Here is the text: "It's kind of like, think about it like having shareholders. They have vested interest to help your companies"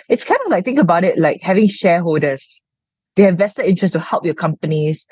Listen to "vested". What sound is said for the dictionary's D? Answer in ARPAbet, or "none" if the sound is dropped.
none